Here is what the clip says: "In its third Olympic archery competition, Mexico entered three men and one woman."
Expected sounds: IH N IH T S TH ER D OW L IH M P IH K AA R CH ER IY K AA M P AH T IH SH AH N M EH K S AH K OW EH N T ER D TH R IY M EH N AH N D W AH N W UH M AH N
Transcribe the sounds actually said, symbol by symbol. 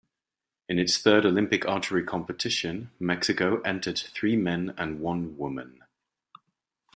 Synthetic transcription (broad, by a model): IH N IH T S TH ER D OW L IH M P IH K AA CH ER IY K AA M P AH T IH SH AH N M EH K S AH K OW EH N T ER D TH R IY M EH N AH N W AH N W UH M AH N